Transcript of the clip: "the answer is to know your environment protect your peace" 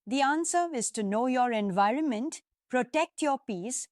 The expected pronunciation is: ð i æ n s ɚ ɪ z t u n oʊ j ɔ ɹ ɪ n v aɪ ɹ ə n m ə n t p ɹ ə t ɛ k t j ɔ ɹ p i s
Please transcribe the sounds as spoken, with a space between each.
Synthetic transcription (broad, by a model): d i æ n s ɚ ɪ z t u n oʊ j ɔ ɹ ɪ n v aɪ ɹ ə n m ə n t p ɹ ə t ɛ k t j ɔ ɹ p i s